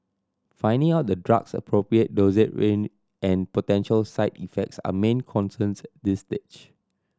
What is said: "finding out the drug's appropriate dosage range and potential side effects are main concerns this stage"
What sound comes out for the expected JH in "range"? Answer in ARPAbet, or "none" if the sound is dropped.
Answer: none